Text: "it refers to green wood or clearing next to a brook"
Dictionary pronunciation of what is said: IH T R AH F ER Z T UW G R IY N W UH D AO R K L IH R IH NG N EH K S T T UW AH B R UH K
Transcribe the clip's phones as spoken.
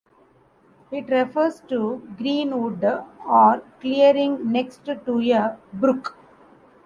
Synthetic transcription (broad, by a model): IH T R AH F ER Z T UW G R IY N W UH D AO R K L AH R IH NG N EH K S T T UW AH B R UH K